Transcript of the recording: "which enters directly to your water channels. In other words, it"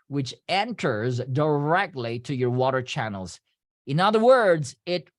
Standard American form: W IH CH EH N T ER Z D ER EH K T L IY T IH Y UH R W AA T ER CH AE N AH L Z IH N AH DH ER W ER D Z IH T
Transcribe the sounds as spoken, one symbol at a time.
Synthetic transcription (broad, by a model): W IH CH EH N T ER Z D ER EH K T L IY T IH Y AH R W AA T ER CH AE N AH L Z IH N AH DH ER W ER D Z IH T